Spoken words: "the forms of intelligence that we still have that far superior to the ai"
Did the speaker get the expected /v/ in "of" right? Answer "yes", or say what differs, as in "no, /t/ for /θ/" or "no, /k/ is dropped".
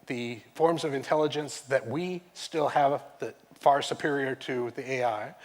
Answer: yes